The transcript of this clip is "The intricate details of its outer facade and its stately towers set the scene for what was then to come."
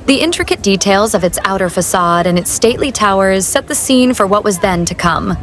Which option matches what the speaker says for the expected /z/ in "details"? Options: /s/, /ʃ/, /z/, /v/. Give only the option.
/z/